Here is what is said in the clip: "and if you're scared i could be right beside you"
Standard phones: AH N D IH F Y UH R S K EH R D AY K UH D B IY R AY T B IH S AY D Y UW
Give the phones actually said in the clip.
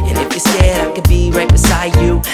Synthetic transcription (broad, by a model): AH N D IH F Y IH S EH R D AY K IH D B IY R AY T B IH S AY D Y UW